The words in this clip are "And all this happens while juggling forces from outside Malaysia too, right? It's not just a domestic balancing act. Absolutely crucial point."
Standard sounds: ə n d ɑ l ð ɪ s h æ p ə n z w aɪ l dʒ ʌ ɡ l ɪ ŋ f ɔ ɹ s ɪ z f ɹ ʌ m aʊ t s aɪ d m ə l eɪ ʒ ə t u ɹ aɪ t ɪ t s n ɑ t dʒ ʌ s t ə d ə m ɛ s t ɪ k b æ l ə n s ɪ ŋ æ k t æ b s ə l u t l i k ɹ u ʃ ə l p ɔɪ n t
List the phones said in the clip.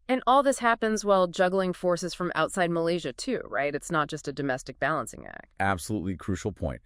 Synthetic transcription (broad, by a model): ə n ɑ l ð ɪ s h æ p ə n z w aɪ l dʒ ʌ ɡ l ɪ ŋ f ɔ ɹ s ɪ z f ɹ ʌ m aʊ t s aɪ d m ə l eɪ ʒ ə t u ɹ aɪ t ɪ t s n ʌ t dʒ ʌ s t ə d ə m ɛ s t ɪ k b æ l ə n s ɪ ŋ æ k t æ b s ə l u t l i k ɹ u ʃ l p ɔɪ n t